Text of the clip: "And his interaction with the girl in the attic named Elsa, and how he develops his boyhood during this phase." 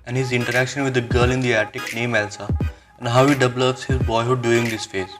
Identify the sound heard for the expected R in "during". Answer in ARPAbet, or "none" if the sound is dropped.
none